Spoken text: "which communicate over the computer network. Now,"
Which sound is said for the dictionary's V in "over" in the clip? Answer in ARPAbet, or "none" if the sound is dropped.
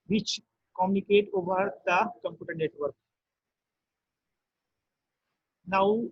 B